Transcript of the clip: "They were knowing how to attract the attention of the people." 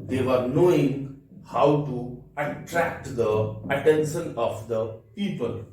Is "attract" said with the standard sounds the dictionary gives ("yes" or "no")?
yes